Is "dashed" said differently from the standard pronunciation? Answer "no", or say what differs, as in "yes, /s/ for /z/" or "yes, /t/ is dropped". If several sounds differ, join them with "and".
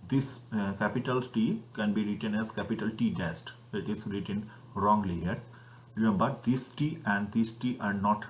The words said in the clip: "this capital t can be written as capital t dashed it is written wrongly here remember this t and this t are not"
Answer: yes, /s/ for /ʃ/